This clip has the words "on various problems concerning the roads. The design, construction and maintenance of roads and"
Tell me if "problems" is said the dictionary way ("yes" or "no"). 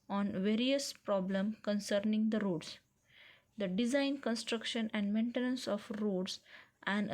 no